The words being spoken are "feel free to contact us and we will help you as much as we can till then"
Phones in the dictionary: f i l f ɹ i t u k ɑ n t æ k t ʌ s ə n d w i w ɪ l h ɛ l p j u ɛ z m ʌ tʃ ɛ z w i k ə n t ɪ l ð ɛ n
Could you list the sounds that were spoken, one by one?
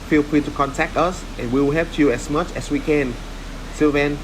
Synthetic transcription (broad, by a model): f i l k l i t u k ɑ n t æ k t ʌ s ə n w i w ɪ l h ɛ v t j u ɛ s m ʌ tʃ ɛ s w i k ə n s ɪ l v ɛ n